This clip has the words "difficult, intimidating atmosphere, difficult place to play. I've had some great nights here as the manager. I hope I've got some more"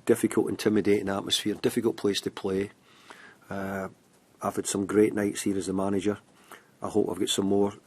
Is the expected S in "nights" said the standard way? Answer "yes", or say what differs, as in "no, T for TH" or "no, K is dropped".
yes